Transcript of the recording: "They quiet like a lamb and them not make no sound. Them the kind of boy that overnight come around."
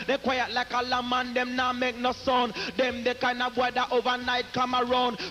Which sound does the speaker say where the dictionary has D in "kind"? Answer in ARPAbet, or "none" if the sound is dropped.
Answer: none